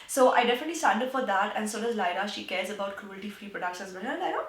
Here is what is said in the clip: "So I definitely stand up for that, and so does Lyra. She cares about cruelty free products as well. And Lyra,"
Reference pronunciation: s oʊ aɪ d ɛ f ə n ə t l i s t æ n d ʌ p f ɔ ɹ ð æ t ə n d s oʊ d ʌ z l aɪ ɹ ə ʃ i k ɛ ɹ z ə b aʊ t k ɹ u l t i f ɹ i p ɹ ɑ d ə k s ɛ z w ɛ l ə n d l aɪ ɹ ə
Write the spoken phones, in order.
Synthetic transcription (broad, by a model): s oʊ aɪ d ɛ f ə n ə t l i s t æ n d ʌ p f ɔ ɹ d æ t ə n s oʊ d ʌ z l aɪ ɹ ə ʃ i k ɛ ɹ z ə b aʊ t k ɹ u l t i f ɹ i p ɹ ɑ d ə k ʃ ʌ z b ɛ n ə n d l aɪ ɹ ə